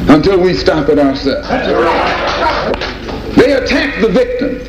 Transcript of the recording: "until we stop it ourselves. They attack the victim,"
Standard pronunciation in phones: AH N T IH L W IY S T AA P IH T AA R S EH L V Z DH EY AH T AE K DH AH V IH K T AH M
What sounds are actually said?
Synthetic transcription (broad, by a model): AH N T IH L W IY S T AA P IH T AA R S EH DH EY AH T AE K DH AH V IH K T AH M